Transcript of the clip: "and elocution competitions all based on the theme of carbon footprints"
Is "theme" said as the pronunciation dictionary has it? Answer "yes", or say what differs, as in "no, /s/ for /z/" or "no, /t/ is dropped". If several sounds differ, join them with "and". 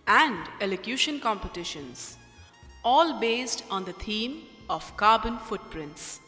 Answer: no, /t/ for /θ/